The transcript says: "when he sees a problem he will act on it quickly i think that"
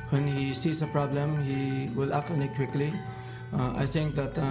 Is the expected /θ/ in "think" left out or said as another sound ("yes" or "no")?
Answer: yes